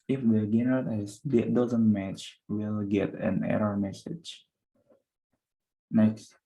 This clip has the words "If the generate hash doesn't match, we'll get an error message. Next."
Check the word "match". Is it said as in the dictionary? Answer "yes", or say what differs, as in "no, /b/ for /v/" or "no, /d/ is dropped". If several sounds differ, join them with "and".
yes